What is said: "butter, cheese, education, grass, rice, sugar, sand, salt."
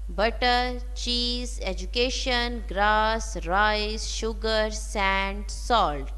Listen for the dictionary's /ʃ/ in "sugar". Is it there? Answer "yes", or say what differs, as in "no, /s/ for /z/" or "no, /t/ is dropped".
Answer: yes